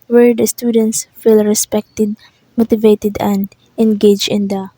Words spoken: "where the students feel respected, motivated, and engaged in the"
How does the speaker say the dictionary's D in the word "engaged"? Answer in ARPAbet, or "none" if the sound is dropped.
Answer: none